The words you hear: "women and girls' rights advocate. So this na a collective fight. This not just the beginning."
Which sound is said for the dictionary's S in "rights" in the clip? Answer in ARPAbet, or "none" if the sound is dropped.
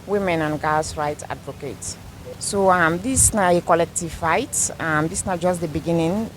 none